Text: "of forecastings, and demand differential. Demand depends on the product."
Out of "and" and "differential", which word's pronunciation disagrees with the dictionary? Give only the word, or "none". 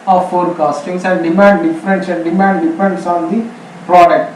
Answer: differential